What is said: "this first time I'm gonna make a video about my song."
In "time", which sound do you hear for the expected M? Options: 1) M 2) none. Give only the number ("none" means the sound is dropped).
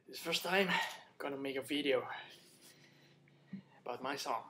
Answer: 2